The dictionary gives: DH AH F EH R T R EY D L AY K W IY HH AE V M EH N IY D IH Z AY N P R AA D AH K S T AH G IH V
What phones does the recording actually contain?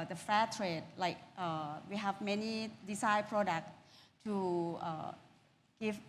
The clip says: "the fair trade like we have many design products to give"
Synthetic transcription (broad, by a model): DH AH F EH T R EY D L AY K W IY HH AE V M EH N IY D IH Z AY P R AA D AH K S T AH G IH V